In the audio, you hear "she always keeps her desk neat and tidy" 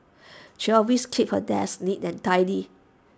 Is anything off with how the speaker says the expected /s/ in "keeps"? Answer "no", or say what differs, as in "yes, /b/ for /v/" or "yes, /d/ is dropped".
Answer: yes, /s/ is dropped